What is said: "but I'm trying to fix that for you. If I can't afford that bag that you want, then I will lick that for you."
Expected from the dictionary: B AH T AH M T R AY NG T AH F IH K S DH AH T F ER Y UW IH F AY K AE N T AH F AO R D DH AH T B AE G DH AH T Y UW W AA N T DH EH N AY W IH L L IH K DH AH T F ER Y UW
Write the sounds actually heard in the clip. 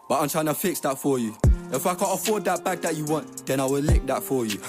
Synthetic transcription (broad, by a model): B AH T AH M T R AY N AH F IH K S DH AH T F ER Y UW IH F AY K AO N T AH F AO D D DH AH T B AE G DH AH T Y UW W AA N T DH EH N AY W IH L L IH K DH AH T F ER Y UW